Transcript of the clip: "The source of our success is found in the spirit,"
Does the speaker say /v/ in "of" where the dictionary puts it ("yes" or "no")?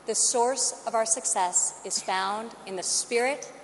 yes